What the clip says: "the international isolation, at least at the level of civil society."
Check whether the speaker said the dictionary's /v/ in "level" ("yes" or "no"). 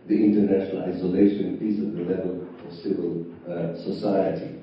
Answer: yes